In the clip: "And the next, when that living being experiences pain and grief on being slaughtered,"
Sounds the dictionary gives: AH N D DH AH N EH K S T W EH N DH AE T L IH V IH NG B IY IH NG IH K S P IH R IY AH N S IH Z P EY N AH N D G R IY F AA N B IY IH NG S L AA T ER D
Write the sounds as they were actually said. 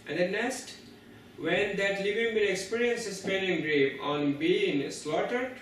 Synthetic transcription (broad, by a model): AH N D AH N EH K S T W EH N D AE T L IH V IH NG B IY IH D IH K S P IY R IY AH N S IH S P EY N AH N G R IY P AA N B IY IH NG S L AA T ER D